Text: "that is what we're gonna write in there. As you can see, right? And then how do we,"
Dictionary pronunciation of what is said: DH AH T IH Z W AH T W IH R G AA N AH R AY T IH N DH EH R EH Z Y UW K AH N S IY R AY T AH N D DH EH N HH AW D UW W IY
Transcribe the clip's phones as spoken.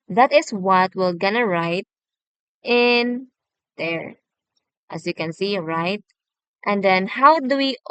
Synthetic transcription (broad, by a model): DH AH T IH S W AH T W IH L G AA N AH R AY T IH N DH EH R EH S Y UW K AH N S IY R AY T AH N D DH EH N HH AW D UW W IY